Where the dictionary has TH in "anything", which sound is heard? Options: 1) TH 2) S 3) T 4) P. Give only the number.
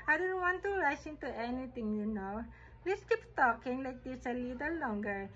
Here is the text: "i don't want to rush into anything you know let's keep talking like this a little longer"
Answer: 3